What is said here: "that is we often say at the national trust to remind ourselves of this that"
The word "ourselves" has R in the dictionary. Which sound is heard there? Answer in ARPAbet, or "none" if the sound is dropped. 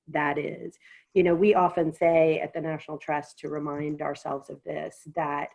R